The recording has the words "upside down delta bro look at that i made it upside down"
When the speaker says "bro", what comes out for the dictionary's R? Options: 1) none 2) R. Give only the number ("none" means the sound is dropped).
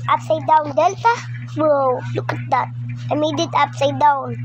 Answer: 1